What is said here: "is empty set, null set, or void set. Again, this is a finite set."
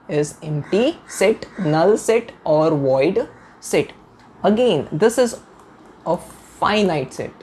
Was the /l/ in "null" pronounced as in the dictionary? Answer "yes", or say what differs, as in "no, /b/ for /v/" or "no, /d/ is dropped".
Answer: yes